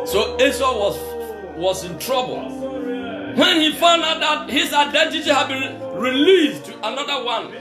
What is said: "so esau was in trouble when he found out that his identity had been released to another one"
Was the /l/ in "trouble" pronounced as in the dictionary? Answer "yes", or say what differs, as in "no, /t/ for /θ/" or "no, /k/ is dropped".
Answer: yes